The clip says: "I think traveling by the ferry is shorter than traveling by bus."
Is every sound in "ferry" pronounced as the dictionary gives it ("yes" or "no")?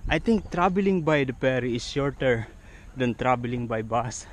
no